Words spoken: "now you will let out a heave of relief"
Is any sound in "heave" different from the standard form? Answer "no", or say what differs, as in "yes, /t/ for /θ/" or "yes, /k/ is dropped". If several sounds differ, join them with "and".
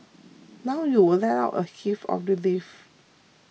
yes, /f/ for /v/